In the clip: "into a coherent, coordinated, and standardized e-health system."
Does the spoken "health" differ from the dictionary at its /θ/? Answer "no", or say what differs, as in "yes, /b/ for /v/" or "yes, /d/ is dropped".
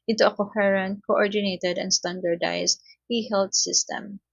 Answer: yes, /t/ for /θ/